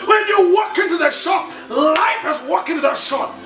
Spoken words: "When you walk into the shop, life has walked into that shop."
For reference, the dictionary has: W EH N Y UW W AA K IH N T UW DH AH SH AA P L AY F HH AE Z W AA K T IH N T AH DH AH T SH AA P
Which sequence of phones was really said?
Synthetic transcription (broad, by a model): W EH N Y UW W AA K IH N T UW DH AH SH AA P L AY F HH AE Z W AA K IH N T DH AH T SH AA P